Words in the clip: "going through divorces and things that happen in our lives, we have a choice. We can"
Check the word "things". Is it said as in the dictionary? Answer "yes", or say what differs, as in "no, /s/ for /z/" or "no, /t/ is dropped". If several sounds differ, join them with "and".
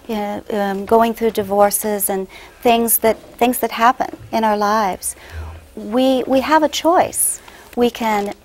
yes